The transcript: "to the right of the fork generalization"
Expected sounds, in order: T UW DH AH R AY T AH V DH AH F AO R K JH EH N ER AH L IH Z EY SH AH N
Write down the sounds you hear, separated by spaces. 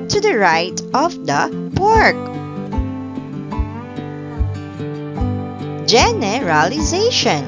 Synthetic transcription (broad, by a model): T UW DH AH R AY T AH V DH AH P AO R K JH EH N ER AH L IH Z EY SH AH N